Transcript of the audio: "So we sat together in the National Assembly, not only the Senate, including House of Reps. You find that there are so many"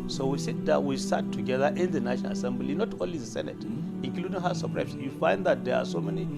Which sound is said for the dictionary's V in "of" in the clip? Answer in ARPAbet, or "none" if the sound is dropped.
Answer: P